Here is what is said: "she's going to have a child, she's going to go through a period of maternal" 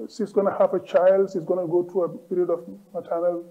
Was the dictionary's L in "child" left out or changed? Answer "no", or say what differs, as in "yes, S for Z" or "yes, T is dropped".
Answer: no